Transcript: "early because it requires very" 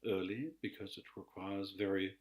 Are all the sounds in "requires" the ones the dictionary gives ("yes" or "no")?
yes